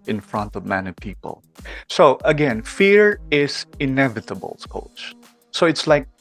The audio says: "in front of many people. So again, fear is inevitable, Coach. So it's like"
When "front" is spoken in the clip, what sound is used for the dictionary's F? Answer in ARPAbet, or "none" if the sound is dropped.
F